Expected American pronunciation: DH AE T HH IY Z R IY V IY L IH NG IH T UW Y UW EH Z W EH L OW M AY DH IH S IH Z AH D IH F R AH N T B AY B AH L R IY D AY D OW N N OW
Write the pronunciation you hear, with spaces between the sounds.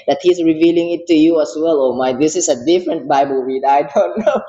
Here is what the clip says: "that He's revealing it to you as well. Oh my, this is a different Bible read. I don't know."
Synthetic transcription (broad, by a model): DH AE T HH IY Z R IY V IY L IH NG IH T UW Y UW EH S W EH L OW M AY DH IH S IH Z AH D IH F R AH N T B AY B AH L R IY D AY D OW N N OW